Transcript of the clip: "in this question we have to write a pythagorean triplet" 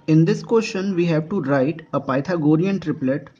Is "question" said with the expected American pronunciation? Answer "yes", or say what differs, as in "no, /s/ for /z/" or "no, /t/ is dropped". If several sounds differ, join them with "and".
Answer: no, /ʃ/ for /tʃ/